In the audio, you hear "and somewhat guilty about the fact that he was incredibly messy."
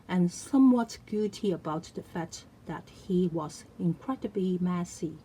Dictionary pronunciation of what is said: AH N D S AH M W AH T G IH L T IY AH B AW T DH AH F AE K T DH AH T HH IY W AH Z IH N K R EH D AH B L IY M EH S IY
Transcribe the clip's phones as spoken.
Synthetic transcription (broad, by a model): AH N S AH M W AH T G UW T IY AH B AW T DH AH F AE K T DH AH T HH IY W AH Z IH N K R EH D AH B L IY M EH S IY